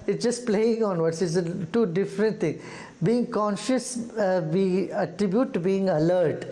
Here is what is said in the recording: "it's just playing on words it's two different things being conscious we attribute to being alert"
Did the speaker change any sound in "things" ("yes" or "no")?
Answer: yes